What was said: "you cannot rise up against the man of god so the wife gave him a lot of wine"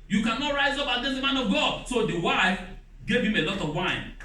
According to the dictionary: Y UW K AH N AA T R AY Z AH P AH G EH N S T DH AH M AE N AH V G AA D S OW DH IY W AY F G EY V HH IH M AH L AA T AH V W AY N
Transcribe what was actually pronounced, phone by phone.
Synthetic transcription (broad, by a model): Y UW K AH N AA T R AY Z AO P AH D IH S M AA N AH V G AA D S OW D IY W AY F G EY V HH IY M AH L AA T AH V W AY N